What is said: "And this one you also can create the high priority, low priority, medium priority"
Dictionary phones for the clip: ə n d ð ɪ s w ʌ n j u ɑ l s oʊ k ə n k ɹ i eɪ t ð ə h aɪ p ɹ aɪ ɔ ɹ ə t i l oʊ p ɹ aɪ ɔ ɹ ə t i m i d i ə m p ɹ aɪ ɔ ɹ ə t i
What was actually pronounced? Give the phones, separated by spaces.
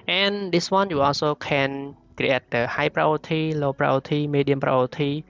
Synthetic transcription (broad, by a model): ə n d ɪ s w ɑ n j u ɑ s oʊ k ə n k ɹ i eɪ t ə h aɪ p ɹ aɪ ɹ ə t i l oʊ p ɹ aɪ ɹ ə t i m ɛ d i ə m p ɹ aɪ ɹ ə t i